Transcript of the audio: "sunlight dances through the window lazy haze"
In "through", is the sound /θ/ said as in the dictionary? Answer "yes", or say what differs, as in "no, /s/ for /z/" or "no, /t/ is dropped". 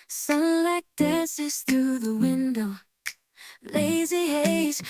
yes